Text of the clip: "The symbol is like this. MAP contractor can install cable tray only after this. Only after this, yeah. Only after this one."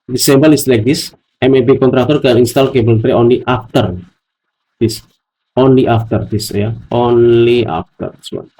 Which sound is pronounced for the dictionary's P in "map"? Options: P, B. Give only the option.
B